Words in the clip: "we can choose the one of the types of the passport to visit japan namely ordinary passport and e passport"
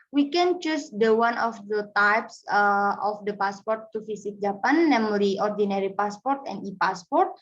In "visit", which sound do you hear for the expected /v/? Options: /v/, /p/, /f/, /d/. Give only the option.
/f/